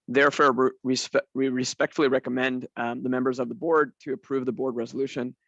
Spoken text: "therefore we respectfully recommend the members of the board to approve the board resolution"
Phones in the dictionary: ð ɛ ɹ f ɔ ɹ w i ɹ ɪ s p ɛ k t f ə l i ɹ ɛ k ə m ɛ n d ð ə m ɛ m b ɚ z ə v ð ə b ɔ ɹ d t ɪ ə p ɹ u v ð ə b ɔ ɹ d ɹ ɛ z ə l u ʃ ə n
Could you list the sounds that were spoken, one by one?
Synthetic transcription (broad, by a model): ð ɛ ɹ f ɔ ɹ w i ɹ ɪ s p ɛ k t f l i ɹ ɛ k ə m ɛ n ð ə m ɛ m b ɚ z ə v ð ə b ɔ ɹ d t ɪ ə p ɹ u v ð ə b ɔ ɹ d ɹ ɛ z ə l u ʃ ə n